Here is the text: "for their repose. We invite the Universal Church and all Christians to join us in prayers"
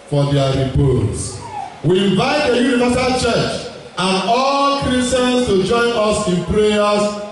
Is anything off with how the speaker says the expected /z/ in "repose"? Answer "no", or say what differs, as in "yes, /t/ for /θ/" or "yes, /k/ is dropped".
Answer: yes, /s/ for /z/